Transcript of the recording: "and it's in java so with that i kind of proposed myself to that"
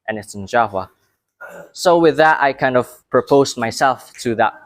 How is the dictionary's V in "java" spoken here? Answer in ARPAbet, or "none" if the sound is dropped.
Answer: W